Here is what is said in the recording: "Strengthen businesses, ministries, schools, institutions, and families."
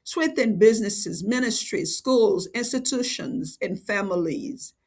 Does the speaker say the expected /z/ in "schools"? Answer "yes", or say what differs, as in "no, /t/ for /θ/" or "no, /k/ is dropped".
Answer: yes